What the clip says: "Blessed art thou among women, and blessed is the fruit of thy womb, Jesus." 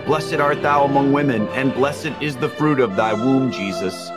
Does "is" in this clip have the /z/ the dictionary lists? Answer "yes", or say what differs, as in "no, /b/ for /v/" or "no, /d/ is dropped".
yes